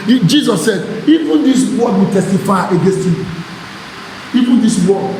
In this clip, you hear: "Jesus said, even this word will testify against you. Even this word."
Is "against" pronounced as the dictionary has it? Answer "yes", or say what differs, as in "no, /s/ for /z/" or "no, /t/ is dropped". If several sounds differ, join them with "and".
yes